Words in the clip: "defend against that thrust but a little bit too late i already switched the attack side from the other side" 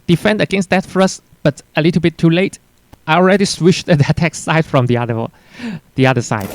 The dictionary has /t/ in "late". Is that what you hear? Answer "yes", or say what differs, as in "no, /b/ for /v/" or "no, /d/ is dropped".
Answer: yes